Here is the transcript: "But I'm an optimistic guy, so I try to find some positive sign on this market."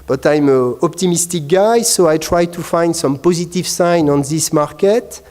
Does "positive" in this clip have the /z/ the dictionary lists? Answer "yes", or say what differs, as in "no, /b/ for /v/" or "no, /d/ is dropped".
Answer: yes